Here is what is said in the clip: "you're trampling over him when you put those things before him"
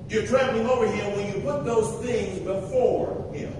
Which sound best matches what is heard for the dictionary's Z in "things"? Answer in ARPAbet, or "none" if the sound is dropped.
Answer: Z